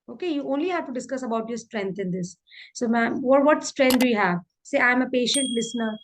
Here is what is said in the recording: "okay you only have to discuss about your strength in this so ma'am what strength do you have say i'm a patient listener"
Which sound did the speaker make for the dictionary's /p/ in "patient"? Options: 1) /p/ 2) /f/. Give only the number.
1